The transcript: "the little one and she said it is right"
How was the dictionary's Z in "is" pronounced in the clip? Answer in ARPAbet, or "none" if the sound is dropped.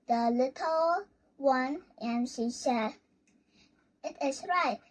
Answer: S